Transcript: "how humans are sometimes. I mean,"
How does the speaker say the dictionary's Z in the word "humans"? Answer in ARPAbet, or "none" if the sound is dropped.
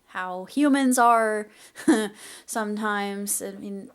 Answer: Z